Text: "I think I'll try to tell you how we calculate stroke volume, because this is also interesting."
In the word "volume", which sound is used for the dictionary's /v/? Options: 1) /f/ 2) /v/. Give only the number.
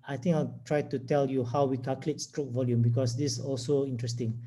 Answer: 2